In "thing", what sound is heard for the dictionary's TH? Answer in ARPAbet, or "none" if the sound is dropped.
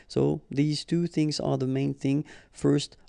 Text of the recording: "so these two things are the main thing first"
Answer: TH